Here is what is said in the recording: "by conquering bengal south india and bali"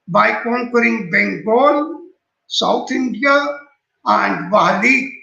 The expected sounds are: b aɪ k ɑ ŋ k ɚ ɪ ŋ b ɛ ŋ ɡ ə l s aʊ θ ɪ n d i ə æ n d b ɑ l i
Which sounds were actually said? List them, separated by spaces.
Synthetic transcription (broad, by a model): b aɪ k ɑ ŋ k ɚ ɪ ŋ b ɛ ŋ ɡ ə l s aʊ t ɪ n d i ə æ n d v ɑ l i